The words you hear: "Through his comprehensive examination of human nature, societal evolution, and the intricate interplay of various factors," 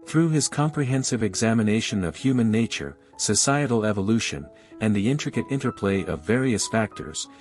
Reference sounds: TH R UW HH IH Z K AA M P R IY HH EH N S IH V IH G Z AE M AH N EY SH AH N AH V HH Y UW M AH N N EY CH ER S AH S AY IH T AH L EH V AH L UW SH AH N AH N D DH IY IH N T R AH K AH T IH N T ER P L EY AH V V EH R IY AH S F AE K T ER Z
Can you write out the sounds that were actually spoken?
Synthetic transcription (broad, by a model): TH R UW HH IH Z K AA M P R IY HH EH N S IH V IH G Z AE M AH N EY SH AH N AH V HH Y UW M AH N N EY CH ER S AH S AY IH T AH L EH V AH L UW SH AH N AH N DH IY IH N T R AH K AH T IH N T ER P L EY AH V V EH R IY AH S F AE K T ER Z